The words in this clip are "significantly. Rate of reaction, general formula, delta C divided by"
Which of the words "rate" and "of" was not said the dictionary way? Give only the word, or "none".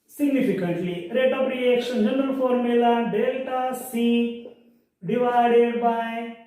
of